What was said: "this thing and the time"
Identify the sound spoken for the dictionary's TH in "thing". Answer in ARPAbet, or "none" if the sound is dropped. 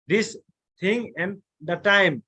T